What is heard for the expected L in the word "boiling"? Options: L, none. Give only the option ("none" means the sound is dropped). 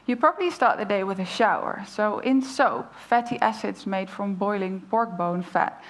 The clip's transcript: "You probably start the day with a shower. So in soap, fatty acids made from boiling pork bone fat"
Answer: L